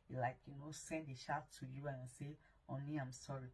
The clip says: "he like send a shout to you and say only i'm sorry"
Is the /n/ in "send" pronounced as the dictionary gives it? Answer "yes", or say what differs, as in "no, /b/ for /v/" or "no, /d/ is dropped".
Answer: yes